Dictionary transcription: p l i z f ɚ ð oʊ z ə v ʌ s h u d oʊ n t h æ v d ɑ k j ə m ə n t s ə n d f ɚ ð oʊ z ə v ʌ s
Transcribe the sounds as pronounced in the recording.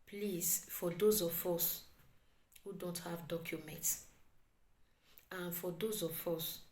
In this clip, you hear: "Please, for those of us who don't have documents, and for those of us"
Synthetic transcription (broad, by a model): p l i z f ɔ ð oʊ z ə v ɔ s h u d oʊ n t h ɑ v d ɑ k j ə m ə n t s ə n f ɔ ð oʊ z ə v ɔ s